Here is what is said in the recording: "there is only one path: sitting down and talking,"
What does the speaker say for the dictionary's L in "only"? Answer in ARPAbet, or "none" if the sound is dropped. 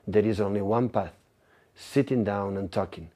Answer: L